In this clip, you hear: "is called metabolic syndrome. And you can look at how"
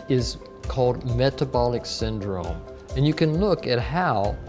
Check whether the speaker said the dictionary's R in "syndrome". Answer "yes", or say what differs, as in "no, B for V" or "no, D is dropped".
yes